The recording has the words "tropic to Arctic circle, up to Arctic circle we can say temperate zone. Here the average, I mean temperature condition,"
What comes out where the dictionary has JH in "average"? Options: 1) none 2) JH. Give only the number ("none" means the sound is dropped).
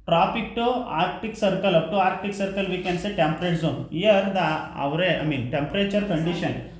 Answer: 1